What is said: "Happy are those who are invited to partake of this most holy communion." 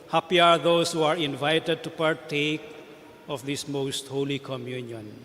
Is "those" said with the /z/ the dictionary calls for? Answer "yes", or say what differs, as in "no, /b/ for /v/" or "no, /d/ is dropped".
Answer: no, /s/ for /z/